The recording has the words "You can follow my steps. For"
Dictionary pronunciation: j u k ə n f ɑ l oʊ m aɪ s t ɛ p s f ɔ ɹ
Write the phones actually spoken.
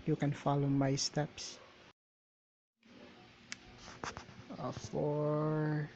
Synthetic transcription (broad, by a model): j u k ə n f ɑ l oʊ m aɪ s t ɛ p s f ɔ ɹ